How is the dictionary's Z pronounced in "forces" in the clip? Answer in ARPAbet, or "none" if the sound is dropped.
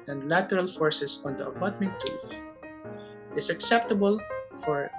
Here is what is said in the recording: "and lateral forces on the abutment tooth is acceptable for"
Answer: S